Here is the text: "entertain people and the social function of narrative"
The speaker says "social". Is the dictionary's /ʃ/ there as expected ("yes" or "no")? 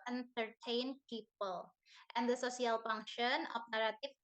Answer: no